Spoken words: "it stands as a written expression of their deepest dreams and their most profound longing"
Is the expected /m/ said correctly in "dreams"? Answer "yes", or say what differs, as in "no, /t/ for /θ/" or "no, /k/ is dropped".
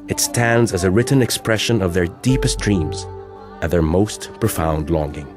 yes